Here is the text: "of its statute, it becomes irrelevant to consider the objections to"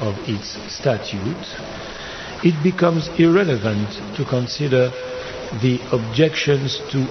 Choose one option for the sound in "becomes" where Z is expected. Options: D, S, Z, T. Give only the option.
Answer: Z